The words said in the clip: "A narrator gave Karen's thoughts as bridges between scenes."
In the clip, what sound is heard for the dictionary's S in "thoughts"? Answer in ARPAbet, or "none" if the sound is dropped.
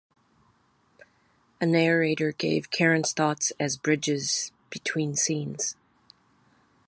S